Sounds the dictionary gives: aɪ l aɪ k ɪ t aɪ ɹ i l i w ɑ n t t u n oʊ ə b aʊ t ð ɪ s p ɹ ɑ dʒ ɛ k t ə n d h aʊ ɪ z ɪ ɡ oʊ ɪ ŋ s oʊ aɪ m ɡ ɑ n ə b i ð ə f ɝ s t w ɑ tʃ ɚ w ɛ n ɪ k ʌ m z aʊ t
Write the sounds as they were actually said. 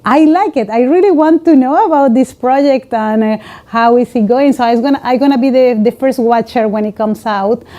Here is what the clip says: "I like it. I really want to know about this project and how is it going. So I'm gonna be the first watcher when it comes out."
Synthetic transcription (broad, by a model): aɪ l aɪ k ɪ t aɪ ɹ i l i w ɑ n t t u n oʊ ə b aʊ t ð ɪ s p ɹ ɑ dʒ ɛ k t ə n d h aʊ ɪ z ɪ ɡ oʊ ɪ ŋ s oʊ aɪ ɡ ɡ ɑ n ə b i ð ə f ɝ s t w ɑ tʃ ɚ w ɛ n ɪ k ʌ m s aʊ t